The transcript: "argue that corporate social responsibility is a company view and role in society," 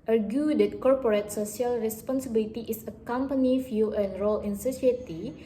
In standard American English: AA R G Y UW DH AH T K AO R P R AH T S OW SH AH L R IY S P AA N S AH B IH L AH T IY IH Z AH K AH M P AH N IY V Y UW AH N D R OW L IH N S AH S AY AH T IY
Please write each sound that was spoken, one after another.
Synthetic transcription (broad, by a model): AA R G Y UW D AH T K AO R P R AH T S OW S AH L R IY S P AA N S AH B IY L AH T IY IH S AH K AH M P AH N IY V Y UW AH N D R OW L IH N S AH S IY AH T IY